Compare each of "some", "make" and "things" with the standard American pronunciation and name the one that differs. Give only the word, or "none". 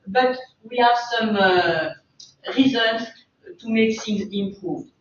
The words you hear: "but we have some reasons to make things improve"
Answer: things